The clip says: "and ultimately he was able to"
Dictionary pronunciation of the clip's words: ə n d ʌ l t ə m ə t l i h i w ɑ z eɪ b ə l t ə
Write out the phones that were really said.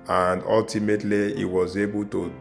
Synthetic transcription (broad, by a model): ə n d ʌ l t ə m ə t l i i w ɑ z eɪ b ə l t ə